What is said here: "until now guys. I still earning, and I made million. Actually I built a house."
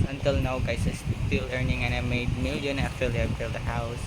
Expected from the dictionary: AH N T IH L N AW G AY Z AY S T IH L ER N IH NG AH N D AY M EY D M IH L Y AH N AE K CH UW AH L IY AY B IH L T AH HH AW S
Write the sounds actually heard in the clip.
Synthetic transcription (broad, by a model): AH N T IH L N AW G AY S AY S T IH L ER N IH NG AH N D AY M EY D M IH L Y AH N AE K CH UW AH L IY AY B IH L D AH HH AW S